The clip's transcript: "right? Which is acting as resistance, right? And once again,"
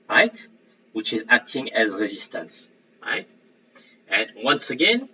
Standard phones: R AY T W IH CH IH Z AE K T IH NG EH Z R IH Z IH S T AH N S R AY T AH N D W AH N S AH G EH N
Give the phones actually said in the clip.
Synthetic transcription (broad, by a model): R AY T W IH CH IH Z AE K T IH NG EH Z R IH Z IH S T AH N S R AY T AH N W AH N S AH G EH N